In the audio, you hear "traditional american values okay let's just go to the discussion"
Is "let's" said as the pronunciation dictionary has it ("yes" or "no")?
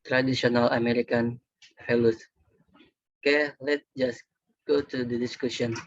no